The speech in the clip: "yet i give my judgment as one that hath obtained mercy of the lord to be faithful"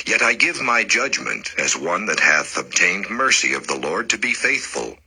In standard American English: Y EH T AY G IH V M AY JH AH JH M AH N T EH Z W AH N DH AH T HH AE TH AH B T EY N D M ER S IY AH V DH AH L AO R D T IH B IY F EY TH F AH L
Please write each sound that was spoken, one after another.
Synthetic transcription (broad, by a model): Y EH T AY G IH V M AY JH AH JH M AH N T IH Z W AH N DH AH T HH AE TH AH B T EY N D M ER S IY AH V DH AH L AO R D T IH B IY F EY TH F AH L